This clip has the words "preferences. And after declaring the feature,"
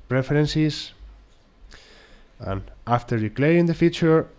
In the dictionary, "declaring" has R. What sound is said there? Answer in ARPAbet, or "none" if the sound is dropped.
none